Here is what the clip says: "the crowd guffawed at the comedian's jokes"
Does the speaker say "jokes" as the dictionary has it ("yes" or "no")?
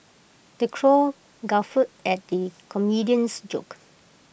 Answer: no